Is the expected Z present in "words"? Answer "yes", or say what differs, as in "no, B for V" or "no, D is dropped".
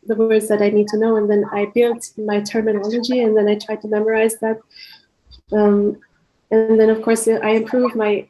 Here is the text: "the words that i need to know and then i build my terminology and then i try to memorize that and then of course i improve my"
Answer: yes